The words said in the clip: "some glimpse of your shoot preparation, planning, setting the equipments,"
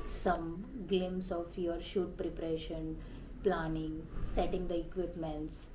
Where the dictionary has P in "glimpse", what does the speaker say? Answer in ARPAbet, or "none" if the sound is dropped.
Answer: none